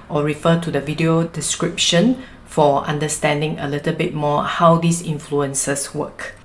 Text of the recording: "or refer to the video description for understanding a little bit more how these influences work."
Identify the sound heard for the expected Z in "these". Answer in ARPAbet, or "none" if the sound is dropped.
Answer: S